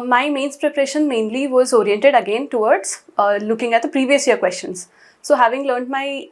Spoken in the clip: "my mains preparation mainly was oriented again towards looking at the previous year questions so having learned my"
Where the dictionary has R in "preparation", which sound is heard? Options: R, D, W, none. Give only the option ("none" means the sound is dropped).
R